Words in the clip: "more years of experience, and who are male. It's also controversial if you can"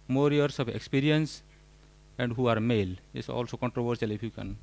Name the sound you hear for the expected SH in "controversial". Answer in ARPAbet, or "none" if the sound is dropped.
S